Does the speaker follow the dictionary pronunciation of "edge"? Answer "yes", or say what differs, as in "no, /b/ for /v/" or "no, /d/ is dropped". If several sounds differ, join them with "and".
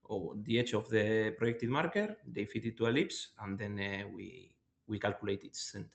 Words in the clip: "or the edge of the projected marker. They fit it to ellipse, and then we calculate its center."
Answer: no, /tʃ/ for /dʒ/